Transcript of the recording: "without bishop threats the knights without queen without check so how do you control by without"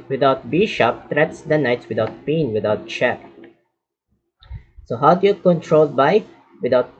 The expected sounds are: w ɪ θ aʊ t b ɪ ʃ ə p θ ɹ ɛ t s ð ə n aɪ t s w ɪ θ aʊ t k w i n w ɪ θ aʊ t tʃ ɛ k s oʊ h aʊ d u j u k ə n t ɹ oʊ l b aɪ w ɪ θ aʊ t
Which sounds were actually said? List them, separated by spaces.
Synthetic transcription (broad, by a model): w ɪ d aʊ t b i ʃ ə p t ɹ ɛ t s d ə n aɪ t s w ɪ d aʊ t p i n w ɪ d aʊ t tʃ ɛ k s oʊ h aʊ d u j u k ə n t ɹ oʊ l b aɪ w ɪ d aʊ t